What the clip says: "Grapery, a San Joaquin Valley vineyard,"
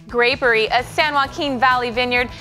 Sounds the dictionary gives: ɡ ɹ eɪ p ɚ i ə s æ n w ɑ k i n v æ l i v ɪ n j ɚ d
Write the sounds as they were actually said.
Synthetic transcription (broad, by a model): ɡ ɹ eɪ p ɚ i ə s æ n w ɑ k i n v æ l i v ɪ n j ɚ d